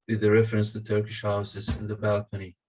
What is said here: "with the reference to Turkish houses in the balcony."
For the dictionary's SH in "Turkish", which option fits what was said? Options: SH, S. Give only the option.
SH